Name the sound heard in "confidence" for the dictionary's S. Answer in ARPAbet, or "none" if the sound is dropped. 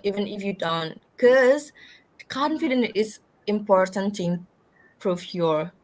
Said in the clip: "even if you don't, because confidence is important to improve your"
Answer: none